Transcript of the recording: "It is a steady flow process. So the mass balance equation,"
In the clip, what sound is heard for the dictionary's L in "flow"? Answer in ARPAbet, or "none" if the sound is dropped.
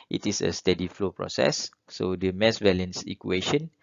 L